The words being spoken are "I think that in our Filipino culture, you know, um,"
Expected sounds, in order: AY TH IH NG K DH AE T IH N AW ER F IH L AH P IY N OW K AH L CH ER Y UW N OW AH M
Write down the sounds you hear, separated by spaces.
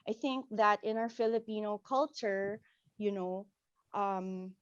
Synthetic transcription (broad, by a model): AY TH IH NG K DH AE T IH N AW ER F IH L AH P IY N OW K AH L CH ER Y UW N OW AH M